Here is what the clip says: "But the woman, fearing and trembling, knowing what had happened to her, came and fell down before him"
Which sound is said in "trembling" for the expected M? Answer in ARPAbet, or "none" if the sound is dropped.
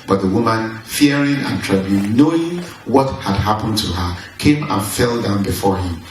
none